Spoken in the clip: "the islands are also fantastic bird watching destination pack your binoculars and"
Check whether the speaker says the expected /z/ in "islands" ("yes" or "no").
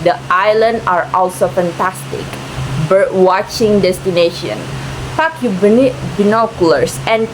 no